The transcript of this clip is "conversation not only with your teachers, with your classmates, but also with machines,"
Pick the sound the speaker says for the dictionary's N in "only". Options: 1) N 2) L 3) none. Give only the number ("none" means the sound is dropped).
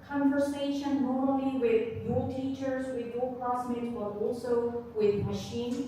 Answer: 2